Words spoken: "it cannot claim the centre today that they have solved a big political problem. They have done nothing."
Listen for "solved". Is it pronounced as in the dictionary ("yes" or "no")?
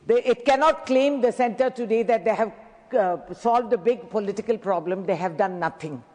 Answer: yes